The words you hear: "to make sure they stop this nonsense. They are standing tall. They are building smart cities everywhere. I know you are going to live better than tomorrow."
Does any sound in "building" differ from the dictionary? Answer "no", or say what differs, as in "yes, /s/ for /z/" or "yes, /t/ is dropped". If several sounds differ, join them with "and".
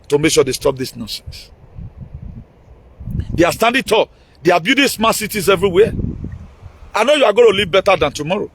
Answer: yes, /l/ is dropped